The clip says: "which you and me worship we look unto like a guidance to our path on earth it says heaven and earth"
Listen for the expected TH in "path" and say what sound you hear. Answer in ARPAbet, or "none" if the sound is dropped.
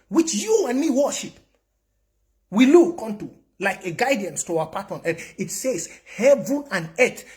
T